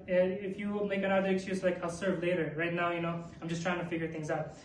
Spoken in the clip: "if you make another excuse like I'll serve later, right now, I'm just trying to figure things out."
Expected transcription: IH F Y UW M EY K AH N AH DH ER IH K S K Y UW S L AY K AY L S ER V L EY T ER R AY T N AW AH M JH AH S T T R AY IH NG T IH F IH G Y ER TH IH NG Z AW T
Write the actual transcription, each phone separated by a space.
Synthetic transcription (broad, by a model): IH F Y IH M EY K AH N AH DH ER IH K S K Y UW S L AY K AY L S ER V L EY T ER R AY T N AW AH M JH AH S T T R AY IH NG T IH F IH G Y ER TH IH NG Z AW T